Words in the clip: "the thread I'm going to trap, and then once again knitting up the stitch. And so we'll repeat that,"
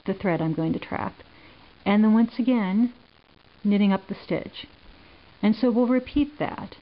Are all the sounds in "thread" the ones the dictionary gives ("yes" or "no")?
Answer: yes